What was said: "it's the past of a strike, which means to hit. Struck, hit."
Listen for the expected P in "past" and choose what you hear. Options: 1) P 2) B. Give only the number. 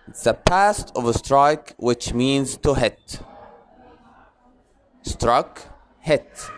1